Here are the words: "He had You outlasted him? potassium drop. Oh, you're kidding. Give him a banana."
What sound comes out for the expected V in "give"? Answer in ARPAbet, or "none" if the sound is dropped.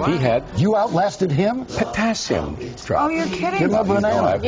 none